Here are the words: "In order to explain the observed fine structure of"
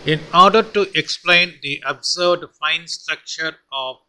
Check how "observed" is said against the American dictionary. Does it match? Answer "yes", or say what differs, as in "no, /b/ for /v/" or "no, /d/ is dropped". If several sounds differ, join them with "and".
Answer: no, /v/ is dropped